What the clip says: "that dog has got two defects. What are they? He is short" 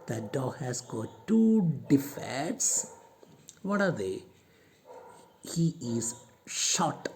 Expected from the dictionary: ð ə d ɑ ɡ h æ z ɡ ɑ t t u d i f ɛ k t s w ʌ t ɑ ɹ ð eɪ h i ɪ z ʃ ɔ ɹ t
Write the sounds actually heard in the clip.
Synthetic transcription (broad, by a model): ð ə d ɑ ɡ h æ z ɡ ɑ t t u d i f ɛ t s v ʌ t ɑ ɹ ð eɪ h i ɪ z ʃ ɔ t